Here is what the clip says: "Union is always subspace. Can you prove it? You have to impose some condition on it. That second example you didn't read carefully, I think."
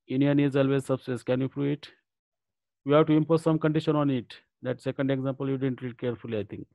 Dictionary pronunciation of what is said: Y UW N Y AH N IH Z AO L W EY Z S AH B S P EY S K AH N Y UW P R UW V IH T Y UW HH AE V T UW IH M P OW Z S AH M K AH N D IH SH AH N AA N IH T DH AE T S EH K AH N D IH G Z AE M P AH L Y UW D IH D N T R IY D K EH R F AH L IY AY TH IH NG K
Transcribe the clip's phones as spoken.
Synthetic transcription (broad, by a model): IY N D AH N IH Z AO L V EY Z S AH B S EY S K AH N Y UW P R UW IH T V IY HH AE V T UW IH M P OW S S AH M K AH N D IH SH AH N AA N IH T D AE T S EH K AH N D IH G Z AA M P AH L Y UW D IH D N T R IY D K EH R F AH L IY AY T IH NG K